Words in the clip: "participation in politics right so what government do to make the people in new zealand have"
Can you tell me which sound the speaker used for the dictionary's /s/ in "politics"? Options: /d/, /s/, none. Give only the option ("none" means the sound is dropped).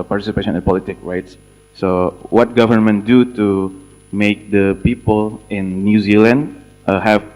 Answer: none